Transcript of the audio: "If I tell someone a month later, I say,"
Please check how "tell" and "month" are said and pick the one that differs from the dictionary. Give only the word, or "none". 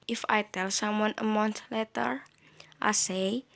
month